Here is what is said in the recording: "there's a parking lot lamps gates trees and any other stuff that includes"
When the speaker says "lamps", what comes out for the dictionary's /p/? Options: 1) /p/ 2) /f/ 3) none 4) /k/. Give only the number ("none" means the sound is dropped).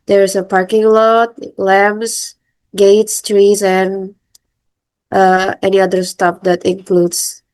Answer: 3